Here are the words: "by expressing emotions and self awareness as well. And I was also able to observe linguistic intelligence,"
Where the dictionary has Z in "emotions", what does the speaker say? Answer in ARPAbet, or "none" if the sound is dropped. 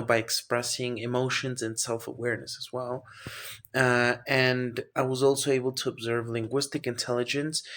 Z